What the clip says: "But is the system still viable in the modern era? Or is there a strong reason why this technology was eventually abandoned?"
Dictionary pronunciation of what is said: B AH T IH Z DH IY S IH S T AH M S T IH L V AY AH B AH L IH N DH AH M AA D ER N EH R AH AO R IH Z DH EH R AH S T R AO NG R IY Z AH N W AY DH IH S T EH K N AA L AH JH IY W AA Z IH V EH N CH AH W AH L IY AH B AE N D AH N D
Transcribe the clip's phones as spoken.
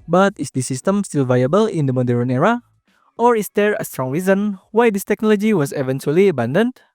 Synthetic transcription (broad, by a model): B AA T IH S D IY S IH S T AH M S T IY L V AY AH B AH L IH N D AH M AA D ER N EH R AH AO R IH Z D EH R AH S T R AO NG R IY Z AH N W AY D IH S T EH K N AA L AH JH IY W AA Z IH V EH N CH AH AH L IY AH B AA N D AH N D